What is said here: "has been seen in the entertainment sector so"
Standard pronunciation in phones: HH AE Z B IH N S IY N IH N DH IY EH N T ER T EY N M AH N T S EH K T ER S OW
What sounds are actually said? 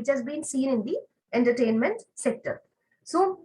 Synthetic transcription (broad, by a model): HH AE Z B IH N S IY N IH N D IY EH N T ER T EY N M AH N T S EH K T ER S OW